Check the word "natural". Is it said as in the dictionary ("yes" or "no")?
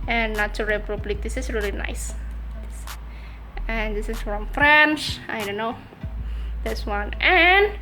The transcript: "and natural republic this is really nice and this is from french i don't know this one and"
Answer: no